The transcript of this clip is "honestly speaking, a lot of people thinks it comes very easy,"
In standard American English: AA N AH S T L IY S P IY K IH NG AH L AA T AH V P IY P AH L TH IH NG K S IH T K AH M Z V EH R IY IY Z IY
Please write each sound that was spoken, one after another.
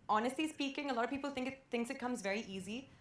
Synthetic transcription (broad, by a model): AA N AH S T L IY S P IY K IH NG AH L AA T AH V P IY P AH L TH IH NG K S IH T K AH M Z V EH R IY IY Z IY